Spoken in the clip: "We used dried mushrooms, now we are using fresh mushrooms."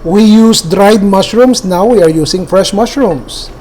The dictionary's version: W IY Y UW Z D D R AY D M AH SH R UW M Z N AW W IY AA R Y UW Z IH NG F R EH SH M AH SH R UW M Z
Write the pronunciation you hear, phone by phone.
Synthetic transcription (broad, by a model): W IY Y UW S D D R AY D M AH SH R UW M S N AW W IY AA R Y UW S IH NG F R EH SH M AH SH R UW M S